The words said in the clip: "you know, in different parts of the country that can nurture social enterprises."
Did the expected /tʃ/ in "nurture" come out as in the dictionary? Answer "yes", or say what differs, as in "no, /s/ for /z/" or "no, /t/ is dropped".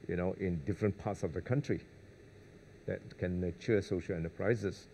no, /tʃ/ is dropped